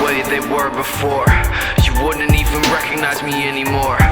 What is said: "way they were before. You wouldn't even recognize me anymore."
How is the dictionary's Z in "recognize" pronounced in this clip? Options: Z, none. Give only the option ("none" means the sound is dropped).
Z